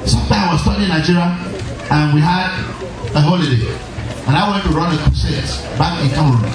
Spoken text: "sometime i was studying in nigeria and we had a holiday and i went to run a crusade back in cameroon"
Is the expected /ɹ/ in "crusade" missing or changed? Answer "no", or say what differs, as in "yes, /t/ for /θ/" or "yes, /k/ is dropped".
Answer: yes, /ɹ/ is dropped